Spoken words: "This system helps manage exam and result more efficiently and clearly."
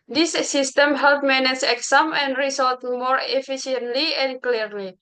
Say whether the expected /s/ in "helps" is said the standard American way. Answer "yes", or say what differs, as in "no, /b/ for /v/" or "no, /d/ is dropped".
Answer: no, /s/ is dropped